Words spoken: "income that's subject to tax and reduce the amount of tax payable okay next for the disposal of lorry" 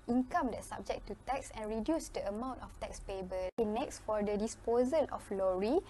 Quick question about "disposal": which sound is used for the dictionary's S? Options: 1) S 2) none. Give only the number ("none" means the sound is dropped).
1